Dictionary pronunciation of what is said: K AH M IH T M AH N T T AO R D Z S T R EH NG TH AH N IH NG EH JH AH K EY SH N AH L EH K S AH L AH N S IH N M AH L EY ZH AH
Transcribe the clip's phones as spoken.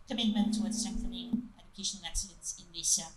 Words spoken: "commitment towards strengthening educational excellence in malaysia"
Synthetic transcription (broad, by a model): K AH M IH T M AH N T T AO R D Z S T EH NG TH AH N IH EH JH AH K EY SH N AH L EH K S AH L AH N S IH N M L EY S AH